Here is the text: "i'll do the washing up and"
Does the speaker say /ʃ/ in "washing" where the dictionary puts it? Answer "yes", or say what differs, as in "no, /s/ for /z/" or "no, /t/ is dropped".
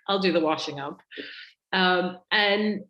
yes